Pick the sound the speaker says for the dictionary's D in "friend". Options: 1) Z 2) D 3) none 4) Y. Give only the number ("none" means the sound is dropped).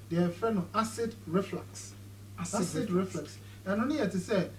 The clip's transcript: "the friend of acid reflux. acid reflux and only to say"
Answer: 3